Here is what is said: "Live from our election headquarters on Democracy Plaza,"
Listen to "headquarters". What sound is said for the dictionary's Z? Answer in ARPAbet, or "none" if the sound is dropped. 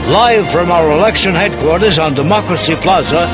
Z